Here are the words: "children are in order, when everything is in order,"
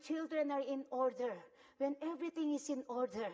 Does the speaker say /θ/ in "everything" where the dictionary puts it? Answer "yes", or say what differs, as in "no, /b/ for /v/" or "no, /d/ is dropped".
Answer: no, /t/ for /θ/